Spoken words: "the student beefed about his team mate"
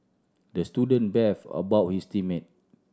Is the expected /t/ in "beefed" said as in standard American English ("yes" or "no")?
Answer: no